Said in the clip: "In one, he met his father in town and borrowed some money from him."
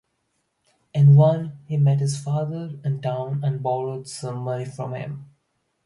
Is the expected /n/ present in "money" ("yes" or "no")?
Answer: no